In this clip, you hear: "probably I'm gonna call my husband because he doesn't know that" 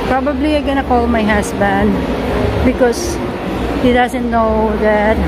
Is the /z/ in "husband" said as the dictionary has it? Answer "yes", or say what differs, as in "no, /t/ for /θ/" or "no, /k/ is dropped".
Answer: no, /s/ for /z/